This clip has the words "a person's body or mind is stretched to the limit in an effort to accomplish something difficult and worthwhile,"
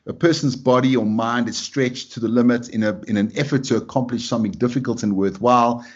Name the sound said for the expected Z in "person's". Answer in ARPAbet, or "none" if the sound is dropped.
Z